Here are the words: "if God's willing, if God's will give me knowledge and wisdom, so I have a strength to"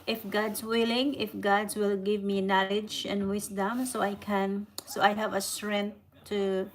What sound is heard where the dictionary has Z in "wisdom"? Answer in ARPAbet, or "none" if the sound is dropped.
S